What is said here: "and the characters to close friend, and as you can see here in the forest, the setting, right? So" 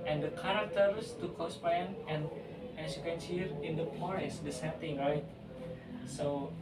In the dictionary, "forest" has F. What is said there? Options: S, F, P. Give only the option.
P